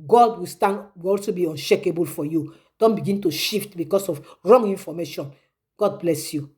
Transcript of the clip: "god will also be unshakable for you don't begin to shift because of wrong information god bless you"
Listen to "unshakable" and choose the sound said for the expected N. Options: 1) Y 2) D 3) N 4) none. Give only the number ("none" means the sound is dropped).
3